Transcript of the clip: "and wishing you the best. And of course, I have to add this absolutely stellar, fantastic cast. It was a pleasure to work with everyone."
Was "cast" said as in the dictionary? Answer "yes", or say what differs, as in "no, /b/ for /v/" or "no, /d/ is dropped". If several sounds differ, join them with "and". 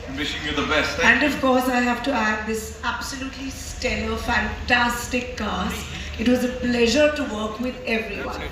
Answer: no, /t/ is dropped